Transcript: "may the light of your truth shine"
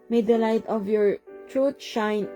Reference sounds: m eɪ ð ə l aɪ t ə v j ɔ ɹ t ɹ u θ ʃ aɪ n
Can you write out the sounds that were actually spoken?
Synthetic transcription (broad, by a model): m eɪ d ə l aɪ t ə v j ɔ ɹ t ɹ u t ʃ aɪ n